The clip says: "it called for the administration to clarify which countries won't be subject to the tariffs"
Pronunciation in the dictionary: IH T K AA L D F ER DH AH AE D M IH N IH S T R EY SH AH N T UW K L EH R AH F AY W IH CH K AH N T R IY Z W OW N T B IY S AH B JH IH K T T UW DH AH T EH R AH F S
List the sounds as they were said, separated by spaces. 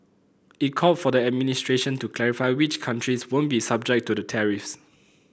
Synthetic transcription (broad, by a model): IH T K AA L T F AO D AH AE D M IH N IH S T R EY SH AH N T UW K L EH R AH F AY W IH CH K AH N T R IY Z W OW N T B IY S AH B JH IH K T T UW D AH T EH R AH F S